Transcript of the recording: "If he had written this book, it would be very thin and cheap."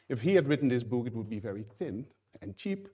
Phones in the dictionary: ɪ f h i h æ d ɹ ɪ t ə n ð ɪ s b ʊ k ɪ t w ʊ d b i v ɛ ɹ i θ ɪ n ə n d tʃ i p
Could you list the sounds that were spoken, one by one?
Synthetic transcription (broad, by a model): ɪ f h i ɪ d ɹ ɪ t n ð ɪ s b ʊ k ɪ t w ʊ d b i v ɛ ɹ i θ ɪ n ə n tʃ i p